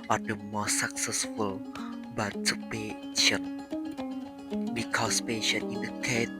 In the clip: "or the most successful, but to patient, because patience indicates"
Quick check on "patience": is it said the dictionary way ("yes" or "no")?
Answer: no